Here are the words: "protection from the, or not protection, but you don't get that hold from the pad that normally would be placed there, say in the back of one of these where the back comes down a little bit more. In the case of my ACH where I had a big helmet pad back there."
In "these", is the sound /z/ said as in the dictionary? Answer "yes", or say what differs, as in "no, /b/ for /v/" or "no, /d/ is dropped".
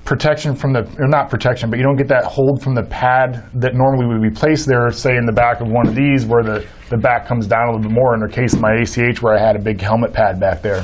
yes